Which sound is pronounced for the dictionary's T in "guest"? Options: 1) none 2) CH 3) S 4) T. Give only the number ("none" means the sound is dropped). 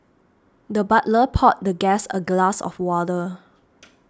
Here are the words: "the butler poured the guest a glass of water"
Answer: 1